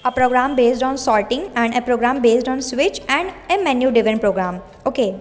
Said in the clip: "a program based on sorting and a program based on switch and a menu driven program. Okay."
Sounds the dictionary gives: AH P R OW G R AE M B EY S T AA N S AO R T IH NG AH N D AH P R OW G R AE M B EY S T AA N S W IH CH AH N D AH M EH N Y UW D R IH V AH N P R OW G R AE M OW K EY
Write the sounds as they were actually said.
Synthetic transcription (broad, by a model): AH P R OW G R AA M B EY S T AA N S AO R T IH NG AH N D AH P R OW G R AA M B EY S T AA N S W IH CH AH N D AH M EH N Y UW D IH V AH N P R OW G R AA M OW K EY